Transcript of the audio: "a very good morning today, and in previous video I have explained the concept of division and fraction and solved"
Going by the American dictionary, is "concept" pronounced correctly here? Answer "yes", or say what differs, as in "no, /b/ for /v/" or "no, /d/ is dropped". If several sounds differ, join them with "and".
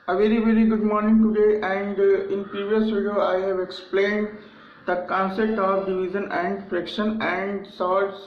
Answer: yes